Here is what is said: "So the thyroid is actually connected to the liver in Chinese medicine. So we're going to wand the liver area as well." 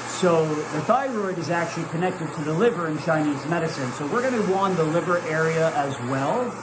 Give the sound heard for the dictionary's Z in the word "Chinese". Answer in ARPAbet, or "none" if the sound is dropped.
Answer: Z